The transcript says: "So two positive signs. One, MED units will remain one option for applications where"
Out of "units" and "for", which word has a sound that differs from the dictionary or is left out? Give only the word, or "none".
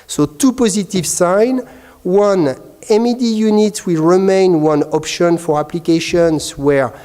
units